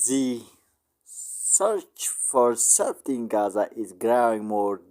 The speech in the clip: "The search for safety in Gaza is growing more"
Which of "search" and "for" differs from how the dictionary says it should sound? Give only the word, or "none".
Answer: none